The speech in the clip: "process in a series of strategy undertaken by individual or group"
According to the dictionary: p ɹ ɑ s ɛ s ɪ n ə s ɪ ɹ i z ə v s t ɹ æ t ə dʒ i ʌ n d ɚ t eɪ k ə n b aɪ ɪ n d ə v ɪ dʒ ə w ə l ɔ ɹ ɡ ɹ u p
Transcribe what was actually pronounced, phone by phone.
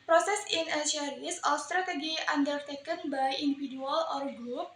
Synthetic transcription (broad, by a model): p ɹ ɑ s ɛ s ɪ n ə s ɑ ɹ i s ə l s t ɹ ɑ t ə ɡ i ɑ n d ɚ t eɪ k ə n b aɪ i n d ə f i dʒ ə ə l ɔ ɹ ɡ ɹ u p